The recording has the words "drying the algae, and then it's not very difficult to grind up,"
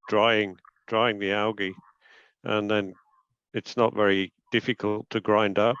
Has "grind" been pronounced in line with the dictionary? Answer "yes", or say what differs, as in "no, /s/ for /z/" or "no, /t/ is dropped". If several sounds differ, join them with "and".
yes